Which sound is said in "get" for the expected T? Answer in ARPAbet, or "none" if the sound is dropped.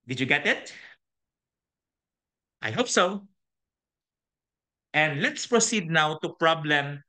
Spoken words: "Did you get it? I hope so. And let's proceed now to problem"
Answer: T